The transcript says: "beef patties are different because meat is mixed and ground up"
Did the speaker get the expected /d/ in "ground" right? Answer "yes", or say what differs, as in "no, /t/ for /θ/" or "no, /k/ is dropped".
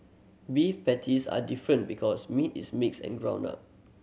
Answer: no, /d/ is dropped